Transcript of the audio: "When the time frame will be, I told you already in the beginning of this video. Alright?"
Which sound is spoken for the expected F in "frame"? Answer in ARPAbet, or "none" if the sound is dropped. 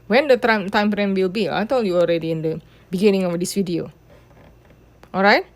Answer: P